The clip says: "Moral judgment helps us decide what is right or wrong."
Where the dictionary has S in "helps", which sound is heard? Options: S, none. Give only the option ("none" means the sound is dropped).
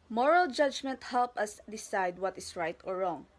none